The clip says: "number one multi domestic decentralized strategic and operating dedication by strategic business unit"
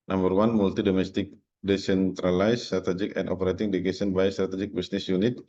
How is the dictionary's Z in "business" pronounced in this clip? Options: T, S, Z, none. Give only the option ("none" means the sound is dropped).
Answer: S